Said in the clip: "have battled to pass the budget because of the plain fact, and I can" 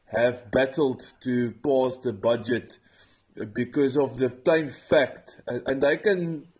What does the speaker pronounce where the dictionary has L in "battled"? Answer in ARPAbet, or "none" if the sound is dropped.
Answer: L